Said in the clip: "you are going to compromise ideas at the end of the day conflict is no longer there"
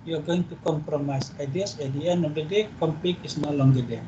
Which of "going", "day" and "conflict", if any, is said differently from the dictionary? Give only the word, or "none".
conflict